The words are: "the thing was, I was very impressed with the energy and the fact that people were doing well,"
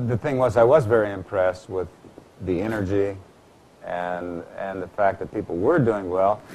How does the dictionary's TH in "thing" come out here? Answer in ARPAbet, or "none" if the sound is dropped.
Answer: TH